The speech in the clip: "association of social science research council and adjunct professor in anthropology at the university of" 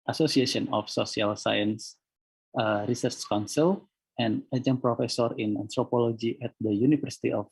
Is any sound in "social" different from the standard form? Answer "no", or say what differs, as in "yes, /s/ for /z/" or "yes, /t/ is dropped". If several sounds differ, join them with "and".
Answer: yes, /s/ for /ʃ/